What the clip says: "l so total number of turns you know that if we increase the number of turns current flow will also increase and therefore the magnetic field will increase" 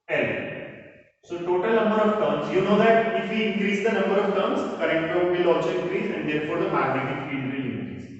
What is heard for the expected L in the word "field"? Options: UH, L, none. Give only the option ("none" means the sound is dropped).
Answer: none